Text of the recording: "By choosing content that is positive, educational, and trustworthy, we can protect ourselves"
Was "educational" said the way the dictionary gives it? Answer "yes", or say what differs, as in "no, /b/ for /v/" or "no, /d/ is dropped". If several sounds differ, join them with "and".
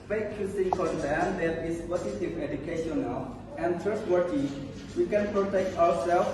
yes